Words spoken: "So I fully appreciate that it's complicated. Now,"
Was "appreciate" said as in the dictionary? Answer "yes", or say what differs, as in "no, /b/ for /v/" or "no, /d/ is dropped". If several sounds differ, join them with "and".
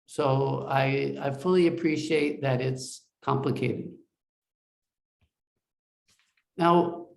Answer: yes